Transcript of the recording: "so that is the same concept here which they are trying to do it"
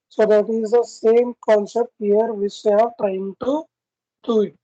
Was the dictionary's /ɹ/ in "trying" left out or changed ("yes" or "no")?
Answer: yes